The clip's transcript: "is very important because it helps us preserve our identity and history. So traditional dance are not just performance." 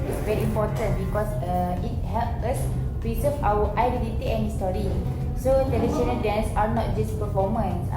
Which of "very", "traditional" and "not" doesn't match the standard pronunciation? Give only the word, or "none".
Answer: traditional